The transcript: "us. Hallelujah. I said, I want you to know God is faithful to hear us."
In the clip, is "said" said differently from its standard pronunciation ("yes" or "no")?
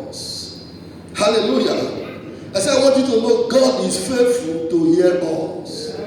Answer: yes